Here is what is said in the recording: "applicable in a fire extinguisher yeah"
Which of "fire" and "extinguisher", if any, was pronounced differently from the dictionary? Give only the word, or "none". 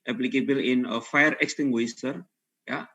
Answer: extinguisher